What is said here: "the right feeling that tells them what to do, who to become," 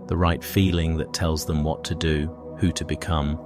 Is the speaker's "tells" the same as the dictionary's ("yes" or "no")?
yes